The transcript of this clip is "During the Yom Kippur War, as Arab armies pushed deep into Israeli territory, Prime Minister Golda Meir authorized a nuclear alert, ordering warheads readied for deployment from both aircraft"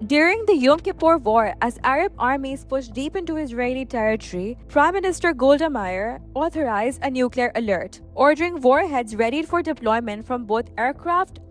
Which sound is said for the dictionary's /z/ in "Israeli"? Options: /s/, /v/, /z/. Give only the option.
/z/